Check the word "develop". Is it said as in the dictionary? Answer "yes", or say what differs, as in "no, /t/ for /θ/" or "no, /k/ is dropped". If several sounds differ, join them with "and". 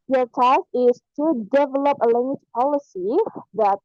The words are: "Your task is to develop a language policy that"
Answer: yes